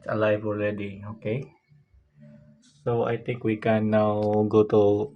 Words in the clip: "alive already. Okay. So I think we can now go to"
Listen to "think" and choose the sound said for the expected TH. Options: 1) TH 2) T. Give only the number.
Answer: 2